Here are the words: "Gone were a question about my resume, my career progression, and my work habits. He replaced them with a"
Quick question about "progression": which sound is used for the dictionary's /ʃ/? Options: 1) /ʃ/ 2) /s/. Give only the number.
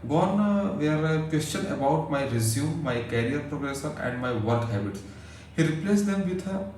2